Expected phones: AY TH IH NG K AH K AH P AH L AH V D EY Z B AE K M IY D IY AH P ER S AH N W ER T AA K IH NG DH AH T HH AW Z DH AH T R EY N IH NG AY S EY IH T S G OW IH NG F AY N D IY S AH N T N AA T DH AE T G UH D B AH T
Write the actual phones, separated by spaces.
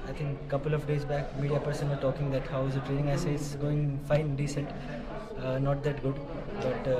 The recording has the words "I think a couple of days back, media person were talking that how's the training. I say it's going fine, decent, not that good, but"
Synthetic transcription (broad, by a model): AY T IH NG K K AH P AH L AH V D EY Z B AE K M IY D IY AH P ER S AH N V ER T AA K IH NG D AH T HH AW Z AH T R EY N IH NG AY S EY IH T S G OW IH NG F AY N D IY S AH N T N AA T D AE T G UH D B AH T